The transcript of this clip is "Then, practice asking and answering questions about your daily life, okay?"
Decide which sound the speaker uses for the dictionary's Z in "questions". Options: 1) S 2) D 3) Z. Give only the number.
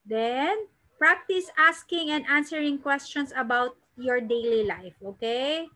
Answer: 1